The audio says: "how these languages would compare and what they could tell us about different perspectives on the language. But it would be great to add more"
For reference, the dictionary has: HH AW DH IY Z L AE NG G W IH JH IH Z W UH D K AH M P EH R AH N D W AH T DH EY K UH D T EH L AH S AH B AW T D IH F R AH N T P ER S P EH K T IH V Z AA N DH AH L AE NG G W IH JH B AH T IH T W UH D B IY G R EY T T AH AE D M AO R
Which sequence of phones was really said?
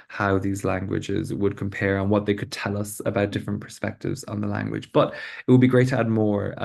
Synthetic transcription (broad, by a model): HH AW DH IY Z L AE NG G W IH JH IH Z W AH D K AH M P EH R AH N W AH T DH EY K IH D T EH L AH S AH B AW T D IH F R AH N P ER S P EH K T IH V Z N DH AH L AE NG G W IH JH B AH T IH T W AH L B IY G R EY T T AH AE D M AO R